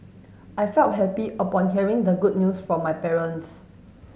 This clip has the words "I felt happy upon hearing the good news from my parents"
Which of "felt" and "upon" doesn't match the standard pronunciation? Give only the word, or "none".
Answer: none